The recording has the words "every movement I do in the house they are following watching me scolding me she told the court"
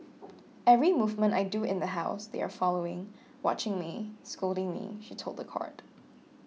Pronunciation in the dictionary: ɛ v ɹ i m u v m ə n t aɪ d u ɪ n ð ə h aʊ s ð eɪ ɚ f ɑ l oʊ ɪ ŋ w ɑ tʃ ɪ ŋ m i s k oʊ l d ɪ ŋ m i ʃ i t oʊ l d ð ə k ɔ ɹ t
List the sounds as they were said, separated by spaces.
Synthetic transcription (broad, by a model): ɛ v ɹ i m u v m ə n t aɪ d u ɪ n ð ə h aʊ s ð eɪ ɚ f ɑ l oʊ ɪ ŋ w ɑ tʃ ɪ ŋ m i s k oʊ l d ɪ ŋ m i ʃ i t oʊ l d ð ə k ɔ ɹ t